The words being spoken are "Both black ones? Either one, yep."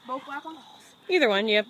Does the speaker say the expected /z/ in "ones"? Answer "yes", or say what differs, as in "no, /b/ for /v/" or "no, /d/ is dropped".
no, /z/ is dropped